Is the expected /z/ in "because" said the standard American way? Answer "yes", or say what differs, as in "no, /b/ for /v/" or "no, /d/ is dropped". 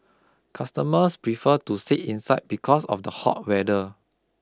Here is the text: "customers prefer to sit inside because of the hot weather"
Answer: no, /s/ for /z/